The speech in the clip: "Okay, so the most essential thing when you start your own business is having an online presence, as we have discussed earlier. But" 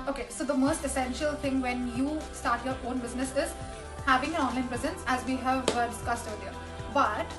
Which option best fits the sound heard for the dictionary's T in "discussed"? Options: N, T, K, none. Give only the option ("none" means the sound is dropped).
T